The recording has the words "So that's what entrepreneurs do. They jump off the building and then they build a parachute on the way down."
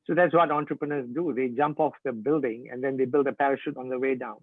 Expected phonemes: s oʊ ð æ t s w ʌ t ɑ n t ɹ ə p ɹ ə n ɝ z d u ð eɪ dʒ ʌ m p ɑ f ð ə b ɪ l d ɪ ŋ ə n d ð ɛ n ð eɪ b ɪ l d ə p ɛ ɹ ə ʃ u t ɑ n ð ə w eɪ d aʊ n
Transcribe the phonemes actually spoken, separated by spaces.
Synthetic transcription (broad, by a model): s oʊ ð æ t s w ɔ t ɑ n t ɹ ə p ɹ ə n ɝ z d u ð eɪ dʒ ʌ m p ɑ f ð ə b ɪ l d ɪ ŋ ə n d ɛ n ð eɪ b ɪ l d ə p ɛ ɹ ə ʃ u t ɑ n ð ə w eɪ d aʊ n